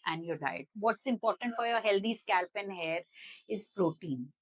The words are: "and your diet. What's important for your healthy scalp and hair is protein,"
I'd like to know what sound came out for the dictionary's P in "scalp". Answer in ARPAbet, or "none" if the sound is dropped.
P